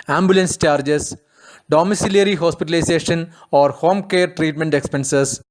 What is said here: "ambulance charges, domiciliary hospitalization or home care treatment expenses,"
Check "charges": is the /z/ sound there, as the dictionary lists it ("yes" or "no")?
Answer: no